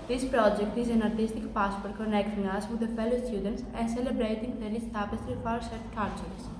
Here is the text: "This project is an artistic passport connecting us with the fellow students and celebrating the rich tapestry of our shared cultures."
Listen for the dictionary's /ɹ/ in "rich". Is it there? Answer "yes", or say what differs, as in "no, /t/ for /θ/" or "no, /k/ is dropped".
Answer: no, /l/ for /ɹ/